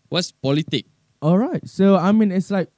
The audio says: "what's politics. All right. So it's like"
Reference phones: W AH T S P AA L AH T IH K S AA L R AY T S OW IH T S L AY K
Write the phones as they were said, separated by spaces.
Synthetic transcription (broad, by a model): W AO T S P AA L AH T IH K AA L R AY T S OW IH T S L AY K